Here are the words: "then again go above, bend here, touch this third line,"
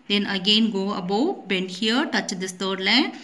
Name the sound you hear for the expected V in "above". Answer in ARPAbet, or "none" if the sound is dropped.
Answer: W